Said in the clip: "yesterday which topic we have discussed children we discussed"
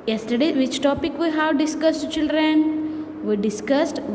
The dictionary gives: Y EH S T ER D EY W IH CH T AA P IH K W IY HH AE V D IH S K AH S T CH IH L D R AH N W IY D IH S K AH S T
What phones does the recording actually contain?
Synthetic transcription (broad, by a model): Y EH S T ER D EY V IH CH T AA P IH K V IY HH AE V D IH S K AH S T CH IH L D R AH N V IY D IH S K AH S T